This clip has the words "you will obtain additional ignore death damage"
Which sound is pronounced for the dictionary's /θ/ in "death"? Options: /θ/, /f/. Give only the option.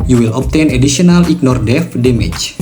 /f/